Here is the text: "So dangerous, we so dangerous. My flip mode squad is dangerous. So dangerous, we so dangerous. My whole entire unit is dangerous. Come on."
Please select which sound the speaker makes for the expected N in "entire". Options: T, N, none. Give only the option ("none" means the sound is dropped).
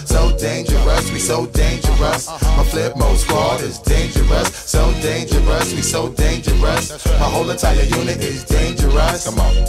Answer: N